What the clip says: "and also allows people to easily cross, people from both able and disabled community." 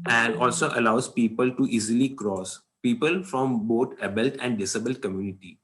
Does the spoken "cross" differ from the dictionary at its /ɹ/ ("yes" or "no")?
no